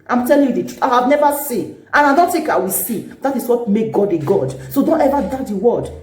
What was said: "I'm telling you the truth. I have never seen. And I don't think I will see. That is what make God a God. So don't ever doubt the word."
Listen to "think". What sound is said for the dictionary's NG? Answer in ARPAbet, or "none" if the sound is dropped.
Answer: none